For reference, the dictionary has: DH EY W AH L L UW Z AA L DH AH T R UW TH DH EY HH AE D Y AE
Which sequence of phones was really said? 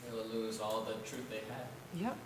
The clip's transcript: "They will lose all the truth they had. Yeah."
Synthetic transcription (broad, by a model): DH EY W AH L L UW Z AA L DH AH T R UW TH DH EY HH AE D Y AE